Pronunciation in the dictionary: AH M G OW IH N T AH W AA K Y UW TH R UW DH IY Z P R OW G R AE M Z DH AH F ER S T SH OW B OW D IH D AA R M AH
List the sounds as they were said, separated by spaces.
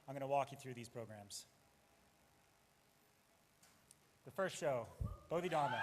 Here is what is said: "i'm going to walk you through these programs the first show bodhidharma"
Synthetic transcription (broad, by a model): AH M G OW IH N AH W AA K Y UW TH R UW DH IY Z P R OW G R AE M Z DH AH F ER S T SH OW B OW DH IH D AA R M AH